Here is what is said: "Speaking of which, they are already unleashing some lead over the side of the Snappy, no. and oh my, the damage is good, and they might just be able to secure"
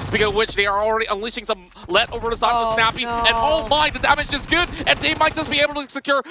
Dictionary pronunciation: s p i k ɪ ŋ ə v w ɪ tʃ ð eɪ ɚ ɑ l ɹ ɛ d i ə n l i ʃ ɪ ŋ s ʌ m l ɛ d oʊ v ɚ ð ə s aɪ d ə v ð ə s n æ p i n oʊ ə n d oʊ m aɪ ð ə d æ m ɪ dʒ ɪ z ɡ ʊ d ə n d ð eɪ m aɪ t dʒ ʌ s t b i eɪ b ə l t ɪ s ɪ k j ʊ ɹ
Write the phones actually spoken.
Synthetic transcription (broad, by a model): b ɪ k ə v w ɪ tʃ ð eɪ ɚ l ɹ ɛ d i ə n l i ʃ ɪ ŋ s ʌ m l ɛ d oʊ v ɚ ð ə s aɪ ə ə s n æ p i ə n oʊ m aɪ ð ə d æ m ɪ dʒ ɪ z ɡ ʊ d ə n ð eɪ m aɪ t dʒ ʌ s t b i eɪ b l t ɪ s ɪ k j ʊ ɹ